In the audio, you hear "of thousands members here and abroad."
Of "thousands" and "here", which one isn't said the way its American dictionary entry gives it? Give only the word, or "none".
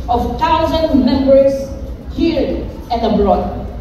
thousands